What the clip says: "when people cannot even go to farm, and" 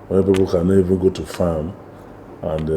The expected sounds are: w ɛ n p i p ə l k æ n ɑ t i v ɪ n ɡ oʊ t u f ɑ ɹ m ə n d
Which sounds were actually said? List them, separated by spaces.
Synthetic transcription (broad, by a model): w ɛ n p i p ə l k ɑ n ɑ i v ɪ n ɡ oʊ t u f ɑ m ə n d